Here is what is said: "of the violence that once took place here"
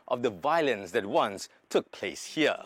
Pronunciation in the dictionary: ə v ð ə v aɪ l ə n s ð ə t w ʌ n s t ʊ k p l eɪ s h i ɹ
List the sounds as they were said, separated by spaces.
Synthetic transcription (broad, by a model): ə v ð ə v aɪ l ə n s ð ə t w ʌ n s t ʊ k p l eɪ s h i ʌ